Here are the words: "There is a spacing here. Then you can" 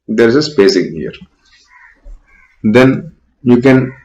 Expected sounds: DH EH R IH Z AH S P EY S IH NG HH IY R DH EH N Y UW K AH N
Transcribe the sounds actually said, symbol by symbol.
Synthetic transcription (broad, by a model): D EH R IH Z AH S B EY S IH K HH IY R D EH N Y UW K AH N